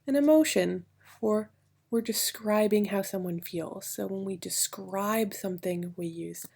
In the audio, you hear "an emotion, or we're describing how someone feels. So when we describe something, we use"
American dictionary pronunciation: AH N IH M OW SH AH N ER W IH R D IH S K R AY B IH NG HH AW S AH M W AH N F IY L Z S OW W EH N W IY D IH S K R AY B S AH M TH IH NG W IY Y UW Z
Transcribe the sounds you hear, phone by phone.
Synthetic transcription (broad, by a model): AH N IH M OW SH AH N ER W IH R D IH S K R AY B IH NG HH AW S AH M W AH N F IY L Z S OW W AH N W IY D IH S K R AY B S AH M TH IH NG W IY Y UW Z